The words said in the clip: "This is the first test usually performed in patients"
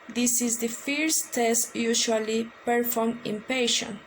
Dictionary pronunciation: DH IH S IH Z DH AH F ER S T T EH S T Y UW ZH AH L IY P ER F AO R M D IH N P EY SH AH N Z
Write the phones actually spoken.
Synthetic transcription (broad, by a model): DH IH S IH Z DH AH F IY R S T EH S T Y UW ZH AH L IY P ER F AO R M IH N P EY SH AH N